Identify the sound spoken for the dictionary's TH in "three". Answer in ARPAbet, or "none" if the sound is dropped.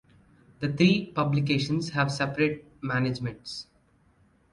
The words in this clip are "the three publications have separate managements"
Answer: T